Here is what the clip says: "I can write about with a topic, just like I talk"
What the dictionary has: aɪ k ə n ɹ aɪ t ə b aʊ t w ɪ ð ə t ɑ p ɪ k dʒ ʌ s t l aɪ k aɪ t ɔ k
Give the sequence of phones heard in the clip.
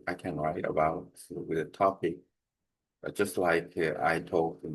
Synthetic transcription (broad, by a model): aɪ k ə n ɹ aɪ t ə b aʊ t w ɪ ð ə t ɑ p ɪ k dʒ ʌ s t l aɪ k aɪ t ɔ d